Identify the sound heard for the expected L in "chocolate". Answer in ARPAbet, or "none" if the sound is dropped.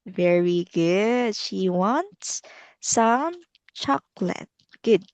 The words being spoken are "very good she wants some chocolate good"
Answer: L